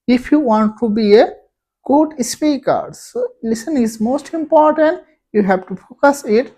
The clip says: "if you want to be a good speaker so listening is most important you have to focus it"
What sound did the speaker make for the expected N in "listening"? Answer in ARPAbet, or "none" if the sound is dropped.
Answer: none